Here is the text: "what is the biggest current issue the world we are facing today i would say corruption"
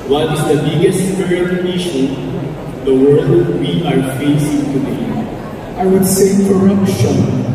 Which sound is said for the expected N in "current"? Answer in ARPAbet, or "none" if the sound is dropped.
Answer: none